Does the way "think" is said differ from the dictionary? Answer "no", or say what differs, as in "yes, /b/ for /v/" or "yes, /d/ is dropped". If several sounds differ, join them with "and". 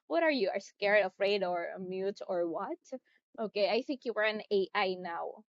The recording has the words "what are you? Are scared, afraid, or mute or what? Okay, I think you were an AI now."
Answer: no